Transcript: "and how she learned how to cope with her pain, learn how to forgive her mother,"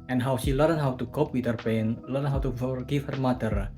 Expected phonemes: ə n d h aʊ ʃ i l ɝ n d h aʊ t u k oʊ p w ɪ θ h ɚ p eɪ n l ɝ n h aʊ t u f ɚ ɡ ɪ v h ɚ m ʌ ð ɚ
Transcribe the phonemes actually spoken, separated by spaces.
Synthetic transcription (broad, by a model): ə n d h aʊ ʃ i l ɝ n h aʊ t u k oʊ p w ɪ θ h ɚ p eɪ n l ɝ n h aʊ t u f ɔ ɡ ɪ f h ɚ m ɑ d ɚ